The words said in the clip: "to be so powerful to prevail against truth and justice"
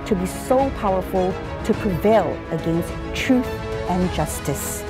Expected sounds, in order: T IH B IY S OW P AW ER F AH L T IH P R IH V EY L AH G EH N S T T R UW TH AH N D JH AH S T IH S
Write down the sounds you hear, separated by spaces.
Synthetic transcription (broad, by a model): T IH B IY S OW P AW ER F AH L T IH P R IH V EY L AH G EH N S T T R UW TH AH N JH AH S T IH S